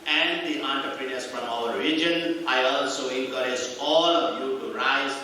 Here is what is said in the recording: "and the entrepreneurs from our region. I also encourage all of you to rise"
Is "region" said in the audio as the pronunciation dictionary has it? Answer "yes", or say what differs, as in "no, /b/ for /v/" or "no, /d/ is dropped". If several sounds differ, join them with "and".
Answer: no, /l/ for /ɹ/